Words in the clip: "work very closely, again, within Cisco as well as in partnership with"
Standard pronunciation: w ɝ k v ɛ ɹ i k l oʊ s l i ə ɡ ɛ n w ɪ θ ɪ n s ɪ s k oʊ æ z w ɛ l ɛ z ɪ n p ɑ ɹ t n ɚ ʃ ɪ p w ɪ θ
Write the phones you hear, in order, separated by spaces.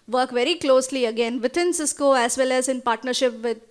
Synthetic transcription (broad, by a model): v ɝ k v ɛ ɹ i k l oʊ s l i ə ɡ ɛ n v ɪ t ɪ n s ɪ s k oʊ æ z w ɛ l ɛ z ɪ n p ɑ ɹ t n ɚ ʃ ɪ p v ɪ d